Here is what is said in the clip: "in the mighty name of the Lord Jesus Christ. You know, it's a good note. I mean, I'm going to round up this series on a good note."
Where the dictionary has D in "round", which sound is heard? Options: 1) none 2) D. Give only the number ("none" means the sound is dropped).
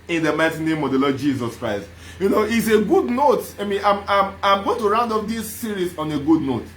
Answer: 2